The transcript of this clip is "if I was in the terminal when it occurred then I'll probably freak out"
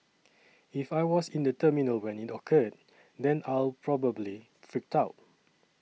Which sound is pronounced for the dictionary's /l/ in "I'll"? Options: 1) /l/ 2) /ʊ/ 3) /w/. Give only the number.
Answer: 1